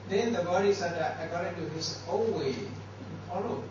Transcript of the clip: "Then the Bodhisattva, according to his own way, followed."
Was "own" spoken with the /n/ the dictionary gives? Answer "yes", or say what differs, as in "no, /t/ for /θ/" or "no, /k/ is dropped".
no, /l/ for /n/